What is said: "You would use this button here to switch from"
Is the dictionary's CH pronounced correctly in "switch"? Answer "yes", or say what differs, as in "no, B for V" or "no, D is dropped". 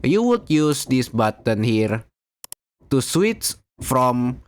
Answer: no, S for CH